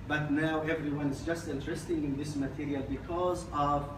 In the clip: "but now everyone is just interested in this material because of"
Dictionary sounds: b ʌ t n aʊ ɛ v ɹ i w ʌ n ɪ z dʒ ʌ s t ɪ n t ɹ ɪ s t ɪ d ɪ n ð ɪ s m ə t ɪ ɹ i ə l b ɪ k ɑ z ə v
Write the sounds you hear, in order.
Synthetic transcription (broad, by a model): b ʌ t n aʊ ɛ v ɹ i w ʌ n ɪ z dʒ ʌ s t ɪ n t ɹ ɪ s t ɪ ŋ ɪ n ð ɪ s m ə t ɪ ɹ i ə l b ɪ k ɑ z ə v